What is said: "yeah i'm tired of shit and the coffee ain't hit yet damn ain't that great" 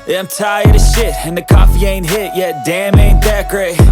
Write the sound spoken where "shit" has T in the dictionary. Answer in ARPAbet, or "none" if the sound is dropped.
T